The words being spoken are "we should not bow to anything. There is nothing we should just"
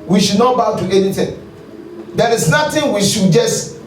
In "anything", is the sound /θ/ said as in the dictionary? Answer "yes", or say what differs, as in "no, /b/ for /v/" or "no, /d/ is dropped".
no, /t/ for /θ/